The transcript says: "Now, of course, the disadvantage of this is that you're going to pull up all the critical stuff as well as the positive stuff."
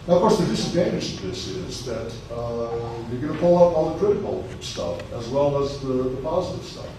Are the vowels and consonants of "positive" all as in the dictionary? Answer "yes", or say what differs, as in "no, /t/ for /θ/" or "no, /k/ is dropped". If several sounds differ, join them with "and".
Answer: yes